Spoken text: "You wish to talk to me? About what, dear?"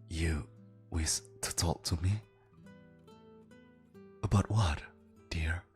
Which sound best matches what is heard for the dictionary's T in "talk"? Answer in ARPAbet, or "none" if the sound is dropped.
T